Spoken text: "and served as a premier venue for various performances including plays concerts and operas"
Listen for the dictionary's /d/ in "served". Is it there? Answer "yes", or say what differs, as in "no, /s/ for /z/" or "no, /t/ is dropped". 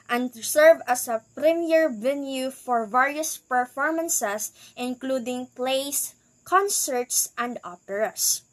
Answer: no, /d/ is dropped